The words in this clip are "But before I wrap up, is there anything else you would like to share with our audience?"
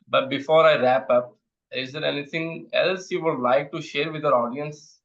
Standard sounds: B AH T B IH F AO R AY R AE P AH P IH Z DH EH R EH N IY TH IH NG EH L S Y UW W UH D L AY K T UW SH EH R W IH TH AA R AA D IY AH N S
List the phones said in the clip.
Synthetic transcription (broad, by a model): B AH T B IH F AO R AY R AE P AH P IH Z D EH R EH N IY T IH NG EH L S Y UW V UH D L AY K T UW SH EH R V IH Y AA R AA D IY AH N S